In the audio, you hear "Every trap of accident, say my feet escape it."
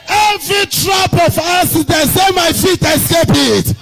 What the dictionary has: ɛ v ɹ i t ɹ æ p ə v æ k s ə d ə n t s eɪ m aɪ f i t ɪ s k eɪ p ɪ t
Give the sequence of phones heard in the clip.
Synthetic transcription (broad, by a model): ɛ v ɹ i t ɹ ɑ p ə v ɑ s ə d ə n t s eɪ m aɪ f i t ɪ s k eɪ p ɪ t